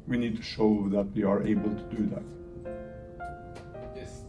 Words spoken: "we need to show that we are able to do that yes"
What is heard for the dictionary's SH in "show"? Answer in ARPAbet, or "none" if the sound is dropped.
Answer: SH